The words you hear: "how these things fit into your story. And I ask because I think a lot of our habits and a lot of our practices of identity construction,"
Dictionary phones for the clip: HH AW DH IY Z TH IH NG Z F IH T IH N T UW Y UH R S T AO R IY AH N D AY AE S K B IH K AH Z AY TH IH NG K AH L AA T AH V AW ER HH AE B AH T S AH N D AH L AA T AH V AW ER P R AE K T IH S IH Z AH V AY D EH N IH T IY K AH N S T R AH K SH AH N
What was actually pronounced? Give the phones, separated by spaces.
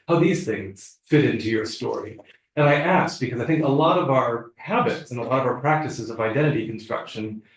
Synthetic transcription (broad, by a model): HH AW DH IY Z TH IH NG Z F IH T IH N T UW Y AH R S T AO R IY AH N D AY AE S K B IH K AH Z AY TH IH NG K AH L AA T AH V AW ER HH AE B AH T S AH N AH L AA T AH V AW ER P R AE K T IH S IH Z AH V AY D EH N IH T IY K N S T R AH K SH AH N